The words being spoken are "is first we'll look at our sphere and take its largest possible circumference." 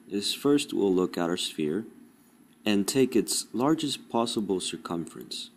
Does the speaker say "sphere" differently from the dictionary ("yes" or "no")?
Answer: no